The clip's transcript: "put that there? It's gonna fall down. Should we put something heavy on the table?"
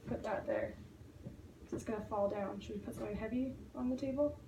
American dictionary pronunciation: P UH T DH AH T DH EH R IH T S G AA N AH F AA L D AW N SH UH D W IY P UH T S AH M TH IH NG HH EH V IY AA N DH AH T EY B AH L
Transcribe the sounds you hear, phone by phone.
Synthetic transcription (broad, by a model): P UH T DH AH T DH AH R IH T S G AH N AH F AA L D AW N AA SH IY P UH T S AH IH HH EH V IY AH N DH AH T EY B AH L